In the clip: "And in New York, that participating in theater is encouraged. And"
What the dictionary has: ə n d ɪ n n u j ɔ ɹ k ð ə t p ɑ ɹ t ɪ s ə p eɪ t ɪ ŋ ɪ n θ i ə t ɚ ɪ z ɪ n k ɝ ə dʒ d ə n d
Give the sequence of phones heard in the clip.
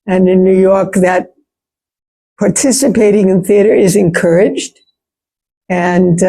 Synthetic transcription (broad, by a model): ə n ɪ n n u j ɔ ɹ k ð ə t p ɑ ɹ t ɪ s ə p eɪ t ɪ ŋ ɪ n θ i ə t ɚ ɪ z ɪ n k ɝ ə dʒ d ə n